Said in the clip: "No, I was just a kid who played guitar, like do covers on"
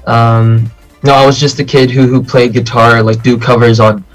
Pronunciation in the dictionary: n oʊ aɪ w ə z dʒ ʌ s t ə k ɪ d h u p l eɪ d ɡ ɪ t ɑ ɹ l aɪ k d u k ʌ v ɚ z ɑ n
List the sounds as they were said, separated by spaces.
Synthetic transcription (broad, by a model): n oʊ aɪ w ə z dʒ ʌ s t ə k ɪ d h u p l eɪ d ɡ ɪ t ɑ ɹ l aɪ k d u k ʌ v ɚ z n